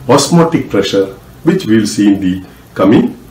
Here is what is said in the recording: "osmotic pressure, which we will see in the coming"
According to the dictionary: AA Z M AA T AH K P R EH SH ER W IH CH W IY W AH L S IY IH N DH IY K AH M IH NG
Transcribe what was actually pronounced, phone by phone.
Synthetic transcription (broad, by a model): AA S M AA T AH K P R EH SH ER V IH CH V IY L S IY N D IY K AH M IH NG